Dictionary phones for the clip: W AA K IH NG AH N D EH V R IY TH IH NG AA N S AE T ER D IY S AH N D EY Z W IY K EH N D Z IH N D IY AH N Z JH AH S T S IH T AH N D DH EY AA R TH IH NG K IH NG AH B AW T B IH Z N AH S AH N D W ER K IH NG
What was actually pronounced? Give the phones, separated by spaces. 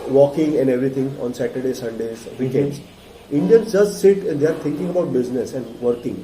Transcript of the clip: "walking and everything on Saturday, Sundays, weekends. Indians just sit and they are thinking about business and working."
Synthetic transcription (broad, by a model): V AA K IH NG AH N D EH V R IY T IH NG AA N S AE T ER D IY S AH N D EY Z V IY K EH N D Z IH N D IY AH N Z JH AH S T S IH T AH N D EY AA R T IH NG K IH NG AH B AW T B IH Z N AH S AH N D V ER K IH NG